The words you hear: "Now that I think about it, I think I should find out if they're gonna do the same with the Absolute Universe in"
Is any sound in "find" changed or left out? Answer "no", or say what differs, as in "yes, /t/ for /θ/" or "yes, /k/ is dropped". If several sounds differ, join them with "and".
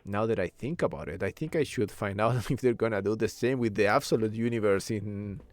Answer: no